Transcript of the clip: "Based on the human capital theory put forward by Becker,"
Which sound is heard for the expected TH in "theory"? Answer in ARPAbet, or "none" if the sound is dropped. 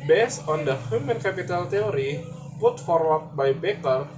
T